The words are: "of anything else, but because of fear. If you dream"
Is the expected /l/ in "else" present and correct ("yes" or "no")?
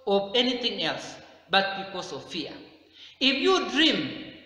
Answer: yes